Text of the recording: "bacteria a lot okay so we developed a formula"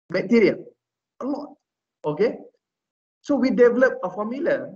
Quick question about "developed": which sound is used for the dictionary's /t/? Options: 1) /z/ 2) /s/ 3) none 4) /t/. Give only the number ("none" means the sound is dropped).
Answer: 3